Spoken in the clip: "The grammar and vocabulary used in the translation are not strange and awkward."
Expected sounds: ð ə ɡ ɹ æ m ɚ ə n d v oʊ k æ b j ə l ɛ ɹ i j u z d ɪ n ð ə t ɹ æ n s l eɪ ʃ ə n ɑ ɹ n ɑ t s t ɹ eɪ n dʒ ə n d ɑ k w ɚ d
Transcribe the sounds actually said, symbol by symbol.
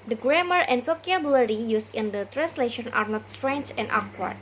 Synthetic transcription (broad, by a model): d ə ɡ ɹ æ m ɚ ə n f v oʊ k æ b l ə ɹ i j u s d ɪ n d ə t ɹ æ n s l eɪ ʃ ə n ɑ ɹ n ɑ t s t ɹ eɪ n dʒ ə n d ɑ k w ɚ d